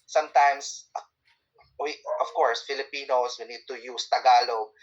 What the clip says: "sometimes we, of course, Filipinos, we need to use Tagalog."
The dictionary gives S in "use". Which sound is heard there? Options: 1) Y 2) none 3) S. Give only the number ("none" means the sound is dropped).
3